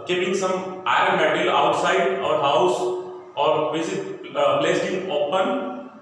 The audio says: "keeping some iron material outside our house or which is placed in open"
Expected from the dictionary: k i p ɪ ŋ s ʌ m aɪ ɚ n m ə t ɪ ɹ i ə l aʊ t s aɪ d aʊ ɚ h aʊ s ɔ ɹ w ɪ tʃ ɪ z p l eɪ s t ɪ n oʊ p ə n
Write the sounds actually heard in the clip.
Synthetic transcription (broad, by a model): k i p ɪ ŋ s ʌ m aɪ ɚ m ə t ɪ l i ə t s aɪ d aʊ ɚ h aʊ s ɔ ɹ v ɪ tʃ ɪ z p l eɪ s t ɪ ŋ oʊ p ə n